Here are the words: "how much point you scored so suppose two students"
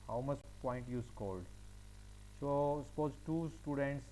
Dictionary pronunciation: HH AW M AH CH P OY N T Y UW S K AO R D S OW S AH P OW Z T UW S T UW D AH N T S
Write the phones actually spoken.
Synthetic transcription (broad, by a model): HH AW M AH CH P OY N T Y UW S K AO L D S OW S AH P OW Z T UW S T UW D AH N T S